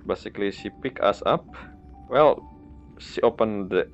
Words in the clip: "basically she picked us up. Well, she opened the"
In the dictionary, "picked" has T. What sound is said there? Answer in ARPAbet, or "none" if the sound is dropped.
none